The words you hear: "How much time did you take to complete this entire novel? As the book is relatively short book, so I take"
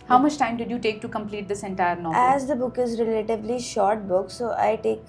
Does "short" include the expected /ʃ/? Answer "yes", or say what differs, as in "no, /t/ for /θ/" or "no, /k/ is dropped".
yes